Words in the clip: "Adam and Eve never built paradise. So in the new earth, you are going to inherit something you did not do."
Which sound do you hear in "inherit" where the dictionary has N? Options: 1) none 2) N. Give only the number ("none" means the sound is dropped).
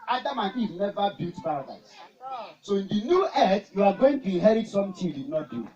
1